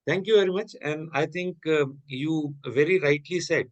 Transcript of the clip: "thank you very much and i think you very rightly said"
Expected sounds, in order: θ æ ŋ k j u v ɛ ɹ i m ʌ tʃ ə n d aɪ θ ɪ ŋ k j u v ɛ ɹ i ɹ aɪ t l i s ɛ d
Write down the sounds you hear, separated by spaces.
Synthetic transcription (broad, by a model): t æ ŋ k j u v ɛ ɹ i m ʌ tʃ ə n d aɪ t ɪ ŋ k j u v ɛ ɹ i ɹ aɪ t l i s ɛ d